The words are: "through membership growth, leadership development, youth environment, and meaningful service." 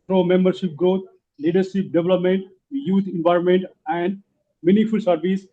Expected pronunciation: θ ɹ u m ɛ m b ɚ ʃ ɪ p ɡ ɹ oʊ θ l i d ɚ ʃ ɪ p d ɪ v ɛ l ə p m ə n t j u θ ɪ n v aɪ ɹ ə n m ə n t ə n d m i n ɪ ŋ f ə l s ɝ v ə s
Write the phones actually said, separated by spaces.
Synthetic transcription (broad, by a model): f ɹ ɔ m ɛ m b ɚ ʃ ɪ p ɡ ɹ oʊ t l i d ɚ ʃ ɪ p d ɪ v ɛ l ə p m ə n t j u t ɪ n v aɪ ɹ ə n m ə n t ə n d m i n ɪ f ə l s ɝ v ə s